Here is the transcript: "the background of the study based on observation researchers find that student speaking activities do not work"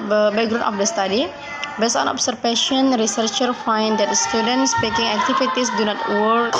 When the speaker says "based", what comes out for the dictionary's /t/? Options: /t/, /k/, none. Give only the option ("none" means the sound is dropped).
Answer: none